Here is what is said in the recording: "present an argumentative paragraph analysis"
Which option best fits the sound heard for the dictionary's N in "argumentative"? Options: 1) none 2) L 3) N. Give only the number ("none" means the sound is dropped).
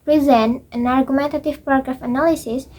3